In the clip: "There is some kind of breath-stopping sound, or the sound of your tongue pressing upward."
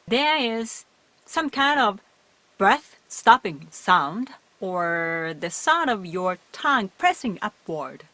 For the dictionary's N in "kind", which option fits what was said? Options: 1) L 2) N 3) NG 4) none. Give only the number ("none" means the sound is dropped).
2